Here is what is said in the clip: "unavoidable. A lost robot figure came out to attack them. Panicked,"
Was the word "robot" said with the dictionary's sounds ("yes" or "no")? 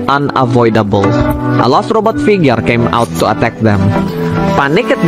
yes